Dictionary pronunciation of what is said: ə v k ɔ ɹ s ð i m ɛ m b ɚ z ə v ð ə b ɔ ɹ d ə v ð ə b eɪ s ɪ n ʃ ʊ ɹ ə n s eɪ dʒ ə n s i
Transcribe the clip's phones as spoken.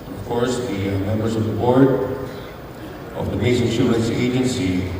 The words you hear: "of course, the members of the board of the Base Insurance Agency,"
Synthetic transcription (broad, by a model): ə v k ɔ ɹ s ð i m ɛ m b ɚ s ə v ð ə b ɔ ɹ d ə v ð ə b eɪ s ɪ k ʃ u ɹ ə n s eɪ dʒ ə n s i